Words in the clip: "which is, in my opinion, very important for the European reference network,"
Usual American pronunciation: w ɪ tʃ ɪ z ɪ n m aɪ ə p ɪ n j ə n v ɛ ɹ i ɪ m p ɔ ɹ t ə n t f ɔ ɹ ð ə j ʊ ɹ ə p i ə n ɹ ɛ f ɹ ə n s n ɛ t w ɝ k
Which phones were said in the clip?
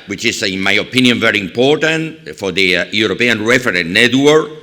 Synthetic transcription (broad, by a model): w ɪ tʃ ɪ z ɪ n m aɪ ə p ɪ n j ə n v ɛ ɹ i ɪ m p ɔ ɹ t ə n t f ɔ ɹ ð ə j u ɹ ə p i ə n ɹ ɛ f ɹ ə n n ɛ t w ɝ